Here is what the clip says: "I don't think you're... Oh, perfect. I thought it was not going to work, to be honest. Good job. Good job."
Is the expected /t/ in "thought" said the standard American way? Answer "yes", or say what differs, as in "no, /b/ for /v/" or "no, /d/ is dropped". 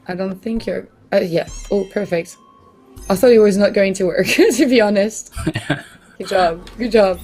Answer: no, /t/ is dropped